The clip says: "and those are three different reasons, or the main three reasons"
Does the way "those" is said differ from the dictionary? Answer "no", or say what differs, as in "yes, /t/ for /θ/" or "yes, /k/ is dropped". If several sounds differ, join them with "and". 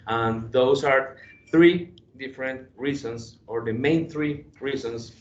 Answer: yes, /s/ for /z/